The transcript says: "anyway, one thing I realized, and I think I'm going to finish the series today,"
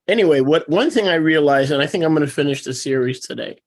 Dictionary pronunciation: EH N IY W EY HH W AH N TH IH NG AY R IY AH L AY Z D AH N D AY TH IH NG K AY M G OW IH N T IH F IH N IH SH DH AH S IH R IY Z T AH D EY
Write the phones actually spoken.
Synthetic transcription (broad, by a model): EH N IY W EY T W AH N TH IH NG AY R IY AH L AY Z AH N AY TH IH NG K AY M G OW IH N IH F IH N IH SH DH AH S IH R IY Z T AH D EY